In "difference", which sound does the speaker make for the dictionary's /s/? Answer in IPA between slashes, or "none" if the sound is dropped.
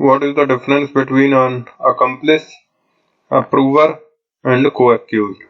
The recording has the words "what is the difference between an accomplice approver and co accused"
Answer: /s/